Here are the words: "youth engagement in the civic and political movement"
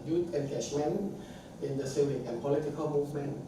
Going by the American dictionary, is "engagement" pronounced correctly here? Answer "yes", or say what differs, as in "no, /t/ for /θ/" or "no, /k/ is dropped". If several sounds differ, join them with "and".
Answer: no, /ʃ/ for /dʒ/